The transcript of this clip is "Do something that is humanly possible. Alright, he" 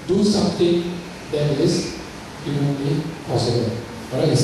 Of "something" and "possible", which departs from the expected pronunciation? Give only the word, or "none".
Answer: something